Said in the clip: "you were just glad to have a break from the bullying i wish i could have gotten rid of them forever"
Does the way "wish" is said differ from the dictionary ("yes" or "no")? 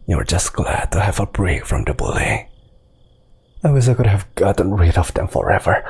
yes